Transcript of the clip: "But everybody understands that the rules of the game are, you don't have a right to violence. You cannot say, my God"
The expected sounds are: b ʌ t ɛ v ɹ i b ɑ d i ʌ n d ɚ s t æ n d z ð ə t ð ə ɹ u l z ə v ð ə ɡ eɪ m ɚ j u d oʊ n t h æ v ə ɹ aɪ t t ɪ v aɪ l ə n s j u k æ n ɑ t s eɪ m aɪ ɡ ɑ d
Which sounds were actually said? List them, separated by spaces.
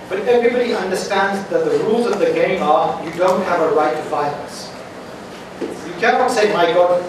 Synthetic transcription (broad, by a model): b ʌ t ɛ v ɹ i b ɑ d i ʌ n d ɚ s t æ n d z ð ə t ð ə ɹ u l z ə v ð ə ɡ eɪ m ɚ j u d oʊ n t h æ v ə ɹ aɪ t t ɪ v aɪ n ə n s j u k æ n ɑ t s eɪ m aɪ ɡ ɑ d